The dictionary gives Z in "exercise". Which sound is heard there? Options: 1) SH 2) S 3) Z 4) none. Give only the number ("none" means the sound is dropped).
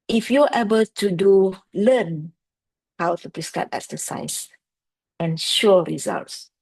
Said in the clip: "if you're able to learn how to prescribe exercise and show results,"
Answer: 2